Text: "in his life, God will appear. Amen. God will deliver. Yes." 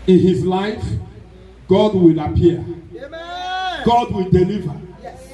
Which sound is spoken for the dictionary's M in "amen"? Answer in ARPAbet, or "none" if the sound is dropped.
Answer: none